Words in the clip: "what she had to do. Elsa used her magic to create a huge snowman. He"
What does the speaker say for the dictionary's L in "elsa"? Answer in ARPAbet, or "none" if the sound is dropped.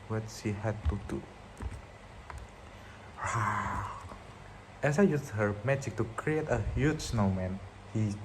none